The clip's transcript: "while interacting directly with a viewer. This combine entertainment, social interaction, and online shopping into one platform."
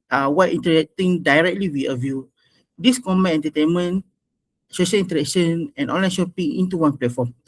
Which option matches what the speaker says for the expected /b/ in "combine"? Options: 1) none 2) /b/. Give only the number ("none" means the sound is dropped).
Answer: 1